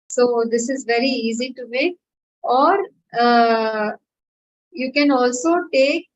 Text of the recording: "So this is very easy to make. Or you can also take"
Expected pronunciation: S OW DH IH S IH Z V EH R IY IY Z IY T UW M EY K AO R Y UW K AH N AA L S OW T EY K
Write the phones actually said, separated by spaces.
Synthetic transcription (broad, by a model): S OW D IH S IH Z V EH R IY IY Z IY T UW M EY K AO R Y UW K AH N AA L S OW T EY K